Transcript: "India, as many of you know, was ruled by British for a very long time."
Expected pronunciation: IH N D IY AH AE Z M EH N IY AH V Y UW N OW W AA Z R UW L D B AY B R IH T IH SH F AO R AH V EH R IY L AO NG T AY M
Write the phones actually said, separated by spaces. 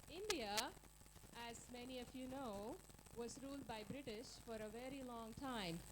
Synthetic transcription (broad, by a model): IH N D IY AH AE Z M EH N IY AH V Y UW N OW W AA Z R UW L D B AY B R IH T IH SH F AO R AH V EH R IY L AO NG T AY M